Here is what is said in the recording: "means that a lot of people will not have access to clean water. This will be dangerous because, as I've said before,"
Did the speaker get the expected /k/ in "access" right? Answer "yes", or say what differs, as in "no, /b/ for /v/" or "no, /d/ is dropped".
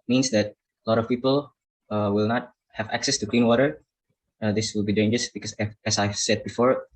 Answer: yes